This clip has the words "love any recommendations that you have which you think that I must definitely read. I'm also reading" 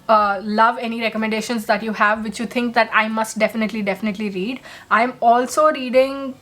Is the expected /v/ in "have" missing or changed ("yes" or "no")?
no